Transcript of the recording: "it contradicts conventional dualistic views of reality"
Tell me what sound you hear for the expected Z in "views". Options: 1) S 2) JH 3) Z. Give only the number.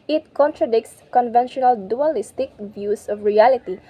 1